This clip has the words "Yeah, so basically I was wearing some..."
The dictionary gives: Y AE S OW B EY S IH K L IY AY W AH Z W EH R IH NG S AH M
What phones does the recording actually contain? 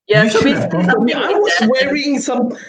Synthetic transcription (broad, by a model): Y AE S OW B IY IH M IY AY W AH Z W EH R IH NG S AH M